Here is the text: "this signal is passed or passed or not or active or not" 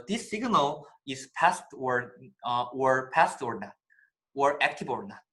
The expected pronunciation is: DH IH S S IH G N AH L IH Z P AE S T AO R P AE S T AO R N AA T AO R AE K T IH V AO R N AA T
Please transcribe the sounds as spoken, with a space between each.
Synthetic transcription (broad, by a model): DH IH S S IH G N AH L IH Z P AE S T AO R P AE S T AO R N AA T AO R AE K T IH B AO R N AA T